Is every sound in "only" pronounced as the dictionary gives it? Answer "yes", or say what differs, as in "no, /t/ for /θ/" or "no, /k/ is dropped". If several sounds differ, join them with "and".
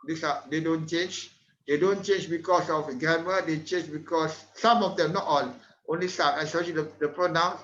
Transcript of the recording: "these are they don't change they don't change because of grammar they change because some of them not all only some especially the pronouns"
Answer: yes